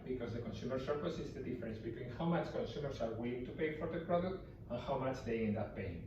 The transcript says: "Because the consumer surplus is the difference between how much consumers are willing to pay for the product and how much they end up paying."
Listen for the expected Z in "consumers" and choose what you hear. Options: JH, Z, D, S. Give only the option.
S